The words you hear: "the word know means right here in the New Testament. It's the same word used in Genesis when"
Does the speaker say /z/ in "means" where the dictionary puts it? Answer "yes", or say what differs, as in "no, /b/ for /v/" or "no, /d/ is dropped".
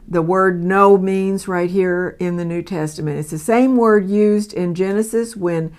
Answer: yes